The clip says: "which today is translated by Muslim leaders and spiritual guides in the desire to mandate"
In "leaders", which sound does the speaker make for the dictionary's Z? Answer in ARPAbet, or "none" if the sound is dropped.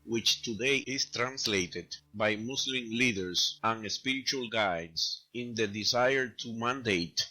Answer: S